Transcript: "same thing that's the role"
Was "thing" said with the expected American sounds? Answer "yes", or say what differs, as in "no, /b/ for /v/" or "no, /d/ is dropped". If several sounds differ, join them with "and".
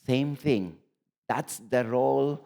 no, /t/ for /θ/